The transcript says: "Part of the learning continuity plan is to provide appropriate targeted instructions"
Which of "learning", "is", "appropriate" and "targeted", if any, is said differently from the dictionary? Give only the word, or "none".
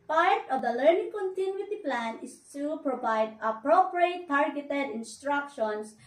is